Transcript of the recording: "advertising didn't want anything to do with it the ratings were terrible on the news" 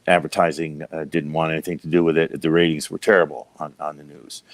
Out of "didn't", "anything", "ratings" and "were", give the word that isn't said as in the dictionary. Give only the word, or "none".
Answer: none